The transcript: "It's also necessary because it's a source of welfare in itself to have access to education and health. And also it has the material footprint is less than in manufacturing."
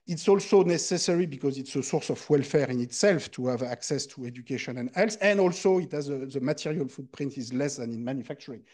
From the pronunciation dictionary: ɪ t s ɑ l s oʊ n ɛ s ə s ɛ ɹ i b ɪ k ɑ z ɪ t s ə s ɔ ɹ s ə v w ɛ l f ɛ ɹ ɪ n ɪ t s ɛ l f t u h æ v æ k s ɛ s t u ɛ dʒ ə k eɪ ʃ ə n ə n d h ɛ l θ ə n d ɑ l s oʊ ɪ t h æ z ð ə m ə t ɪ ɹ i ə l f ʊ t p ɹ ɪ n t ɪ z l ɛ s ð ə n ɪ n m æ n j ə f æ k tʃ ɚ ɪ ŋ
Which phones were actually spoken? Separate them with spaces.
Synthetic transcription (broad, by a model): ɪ t s ɑ l s oʊ n ɛ s ə s ɛ ɹ i b ɪ k ɑ z ɪ t s ə s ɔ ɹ s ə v w ɛ l f ɛ ɹ ɪ n ɪ t s ɛ l f t u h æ v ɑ k s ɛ s t u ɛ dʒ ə k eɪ ʃ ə n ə n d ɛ l s ə n d ɑ l s oʊ ɪ t h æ z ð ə m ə t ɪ ɹ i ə l f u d p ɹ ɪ n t ɪ z l ɛ s ð ə n ɪ n m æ n j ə f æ k tʃ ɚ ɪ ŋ